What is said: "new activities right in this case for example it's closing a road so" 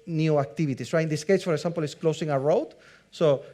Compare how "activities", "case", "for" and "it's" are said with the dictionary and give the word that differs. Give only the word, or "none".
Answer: activities